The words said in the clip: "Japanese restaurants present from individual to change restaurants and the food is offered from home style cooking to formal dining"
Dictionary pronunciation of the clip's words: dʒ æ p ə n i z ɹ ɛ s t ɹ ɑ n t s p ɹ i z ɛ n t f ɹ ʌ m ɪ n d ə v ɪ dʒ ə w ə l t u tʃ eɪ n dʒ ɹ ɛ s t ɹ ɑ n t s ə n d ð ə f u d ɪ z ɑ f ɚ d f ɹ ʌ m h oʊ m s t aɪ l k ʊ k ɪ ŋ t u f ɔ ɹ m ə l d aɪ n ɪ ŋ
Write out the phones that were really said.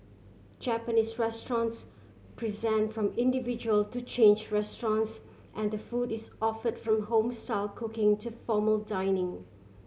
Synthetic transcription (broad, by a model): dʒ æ p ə n i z ɹ ɛ s t ɹ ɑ n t s p ɹ i z ɛ n t f ɹ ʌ m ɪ n d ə v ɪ dʒ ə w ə l t u tʃ eɪ n dʒ ɹ ɛ s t ɹ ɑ n t s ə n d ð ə f u d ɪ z ɑ f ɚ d f ɹ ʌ m h oʊ m s t aɪ l k ʊ k ɪ ŋ t u f ɔ m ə l d aɪ n ɪ ŋ